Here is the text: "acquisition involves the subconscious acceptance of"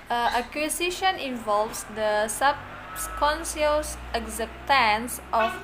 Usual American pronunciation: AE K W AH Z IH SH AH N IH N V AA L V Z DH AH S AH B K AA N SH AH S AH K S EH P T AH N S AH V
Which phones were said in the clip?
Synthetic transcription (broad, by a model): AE K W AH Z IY SH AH N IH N V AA L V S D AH S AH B K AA N S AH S AH K S EH P T AH N S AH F